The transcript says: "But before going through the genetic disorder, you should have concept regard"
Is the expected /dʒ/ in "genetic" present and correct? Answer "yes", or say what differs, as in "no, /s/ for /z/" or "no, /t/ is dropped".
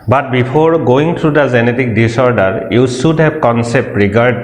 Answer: no, /z/ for /dʒ/